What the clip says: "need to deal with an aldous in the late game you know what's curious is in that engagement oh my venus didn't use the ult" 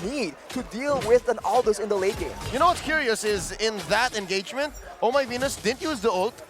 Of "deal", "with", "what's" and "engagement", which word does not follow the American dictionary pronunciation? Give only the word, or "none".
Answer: none